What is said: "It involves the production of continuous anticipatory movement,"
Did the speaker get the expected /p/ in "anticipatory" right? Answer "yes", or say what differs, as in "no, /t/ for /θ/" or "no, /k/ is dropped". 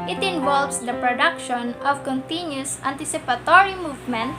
yes